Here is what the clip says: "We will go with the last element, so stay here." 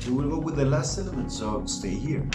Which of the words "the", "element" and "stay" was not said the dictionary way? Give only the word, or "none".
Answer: element